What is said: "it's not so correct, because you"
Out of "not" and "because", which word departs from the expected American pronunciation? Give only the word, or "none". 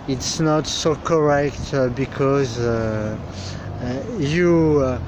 none